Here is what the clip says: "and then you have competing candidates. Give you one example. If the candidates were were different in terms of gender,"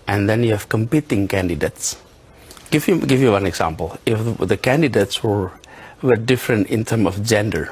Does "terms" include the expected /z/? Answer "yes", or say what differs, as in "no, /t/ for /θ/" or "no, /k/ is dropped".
no, /z/ is dropped